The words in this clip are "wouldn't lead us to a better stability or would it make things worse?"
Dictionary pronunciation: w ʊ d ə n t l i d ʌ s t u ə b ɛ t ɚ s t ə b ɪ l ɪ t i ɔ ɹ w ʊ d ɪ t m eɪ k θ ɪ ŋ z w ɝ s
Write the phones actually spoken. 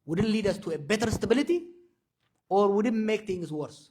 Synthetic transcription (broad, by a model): w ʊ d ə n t l i d ʌ s t u ə b ɛ t ɚ s t ə b ɪ l ɪ t i ɔ ɹ w ʊ d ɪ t m eɪ k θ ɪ ŋ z w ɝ s